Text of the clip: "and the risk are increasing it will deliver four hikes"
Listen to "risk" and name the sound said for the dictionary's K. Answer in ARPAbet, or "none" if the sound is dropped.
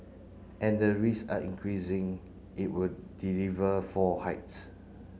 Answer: none